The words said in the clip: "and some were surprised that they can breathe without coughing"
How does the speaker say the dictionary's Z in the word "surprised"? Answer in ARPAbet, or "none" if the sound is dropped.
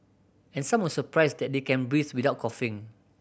S